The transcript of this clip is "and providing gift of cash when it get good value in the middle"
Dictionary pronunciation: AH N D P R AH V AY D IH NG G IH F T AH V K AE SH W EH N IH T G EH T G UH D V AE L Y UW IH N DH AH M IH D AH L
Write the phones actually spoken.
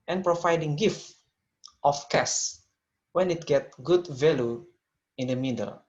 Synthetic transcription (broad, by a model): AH N P R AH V AY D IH NG G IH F T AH F K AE S W EH N IH T G EH T G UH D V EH L Y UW IH N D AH M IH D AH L